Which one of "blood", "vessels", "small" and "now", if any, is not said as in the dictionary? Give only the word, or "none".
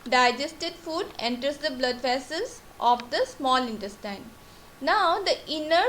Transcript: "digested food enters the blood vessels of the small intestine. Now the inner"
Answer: vessels